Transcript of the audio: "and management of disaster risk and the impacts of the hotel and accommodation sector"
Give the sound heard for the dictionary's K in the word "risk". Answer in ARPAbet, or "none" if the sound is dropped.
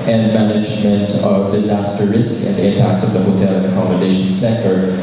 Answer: K